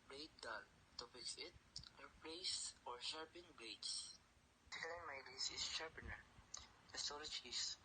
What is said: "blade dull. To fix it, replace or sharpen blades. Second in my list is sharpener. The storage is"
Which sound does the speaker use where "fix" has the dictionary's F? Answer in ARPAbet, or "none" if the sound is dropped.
P